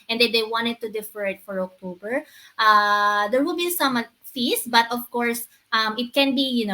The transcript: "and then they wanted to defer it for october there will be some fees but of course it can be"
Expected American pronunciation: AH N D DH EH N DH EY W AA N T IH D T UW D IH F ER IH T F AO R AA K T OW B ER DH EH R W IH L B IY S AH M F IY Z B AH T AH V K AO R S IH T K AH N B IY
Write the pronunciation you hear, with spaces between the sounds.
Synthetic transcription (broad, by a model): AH N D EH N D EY W AA N T IH D T UW D IH F ER IH T F AO R AA K T OW B ER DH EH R W IH L B IY S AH M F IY S B AH T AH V K AO R S IH T K AH N B IY